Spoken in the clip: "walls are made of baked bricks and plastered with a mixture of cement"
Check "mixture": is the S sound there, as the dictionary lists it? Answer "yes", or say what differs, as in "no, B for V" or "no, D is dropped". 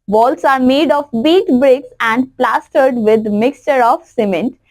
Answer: yes